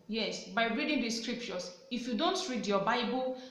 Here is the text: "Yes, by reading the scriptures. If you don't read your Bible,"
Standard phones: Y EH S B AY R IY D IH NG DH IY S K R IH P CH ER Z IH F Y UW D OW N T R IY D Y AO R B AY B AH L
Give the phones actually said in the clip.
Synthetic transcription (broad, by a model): Y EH S B AY R IY D IH NG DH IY S K R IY P CH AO S IH F Y UW D OW N T R IY D Y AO B AY B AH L